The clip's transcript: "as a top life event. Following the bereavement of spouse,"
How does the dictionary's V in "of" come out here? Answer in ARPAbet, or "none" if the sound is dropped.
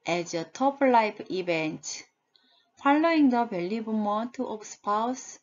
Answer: P